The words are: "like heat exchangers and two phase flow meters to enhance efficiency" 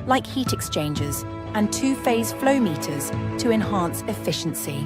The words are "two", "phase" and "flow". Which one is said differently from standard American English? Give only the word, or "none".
none